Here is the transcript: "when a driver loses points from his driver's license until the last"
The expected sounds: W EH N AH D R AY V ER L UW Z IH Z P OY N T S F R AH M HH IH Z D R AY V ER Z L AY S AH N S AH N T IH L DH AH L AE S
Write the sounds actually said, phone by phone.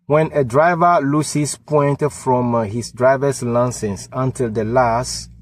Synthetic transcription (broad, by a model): W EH N AH D R AY V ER L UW S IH S P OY N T F R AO M HH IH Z D R AY V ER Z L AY S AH N S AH N T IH L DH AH L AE S